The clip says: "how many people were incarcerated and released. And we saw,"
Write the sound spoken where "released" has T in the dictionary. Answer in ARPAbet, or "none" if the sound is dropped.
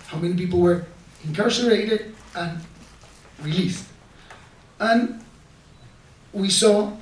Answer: T